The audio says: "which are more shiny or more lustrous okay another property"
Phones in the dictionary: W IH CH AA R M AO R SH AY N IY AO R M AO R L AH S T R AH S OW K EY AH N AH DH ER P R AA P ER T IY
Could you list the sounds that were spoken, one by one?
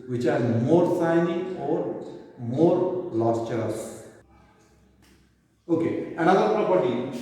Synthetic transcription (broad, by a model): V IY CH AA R M AO R S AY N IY AO R M AO R L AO S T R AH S OW K EY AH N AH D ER P R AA P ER T IY